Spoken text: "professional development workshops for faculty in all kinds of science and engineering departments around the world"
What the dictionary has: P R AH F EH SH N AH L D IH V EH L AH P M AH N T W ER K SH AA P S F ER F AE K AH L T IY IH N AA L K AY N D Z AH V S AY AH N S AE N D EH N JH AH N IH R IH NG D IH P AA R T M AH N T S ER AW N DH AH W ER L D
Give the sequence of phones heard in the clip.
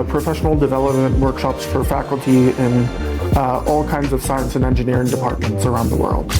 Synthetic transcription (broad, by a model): P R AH F EH SH N L D IH V EH L AH P M AH N T W ER K SH AA P S F ER F AE K L T IY IH N AA L K AY N D Z AH V S AY AH N S N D EH N JH AH N IH R IH NG D IH P AA R T M AH N T S ER AW N DH AH W ER L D